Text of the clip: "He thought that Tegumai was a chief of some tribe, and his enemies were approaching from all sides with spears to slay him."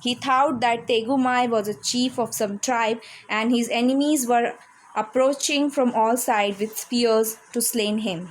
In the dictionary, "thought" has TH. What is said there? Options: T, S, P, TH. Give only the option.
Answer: T